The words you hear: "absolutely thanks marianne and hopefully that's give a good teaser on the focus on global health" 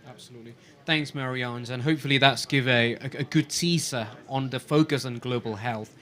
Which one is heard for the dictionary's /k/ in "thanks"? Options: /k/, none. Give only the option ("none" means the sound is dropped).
/k/